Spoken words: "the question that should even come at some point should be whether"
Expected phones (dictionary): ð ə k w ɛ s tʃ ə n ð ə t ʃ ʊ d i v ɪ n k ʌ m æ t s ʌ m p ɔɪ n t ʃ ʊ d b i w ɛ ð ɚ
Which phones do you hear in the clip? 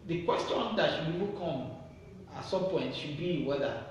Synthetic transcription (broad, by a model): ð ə k w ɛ s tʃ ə n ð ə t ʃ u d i p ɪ k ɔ m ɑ t s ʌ m p ɔɪ n t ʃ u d b i w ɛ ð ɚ